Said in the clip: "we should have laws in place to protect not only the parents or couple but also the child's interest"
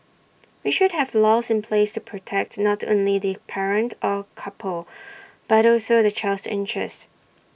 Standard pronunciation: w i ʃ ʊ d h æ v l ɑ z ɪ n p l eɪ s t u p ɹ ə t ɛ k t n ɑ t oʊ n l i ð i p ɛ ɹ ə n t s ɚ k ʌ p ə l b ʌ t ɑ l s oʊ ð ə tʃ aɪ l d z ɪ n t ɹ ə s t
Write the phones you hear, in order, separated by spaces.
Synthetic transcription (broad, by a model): w i ʃ ʊ d h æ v l ɑ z ɪ n p l eɪ s t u p ɹ ə t ɛ k t n ɑ t oʊ n l i ð i p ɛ ɹ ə n t ɚ k ʌ p ə l b ʌ t ɑ l s oʊ ð ə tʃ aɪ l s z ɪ n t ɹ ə s t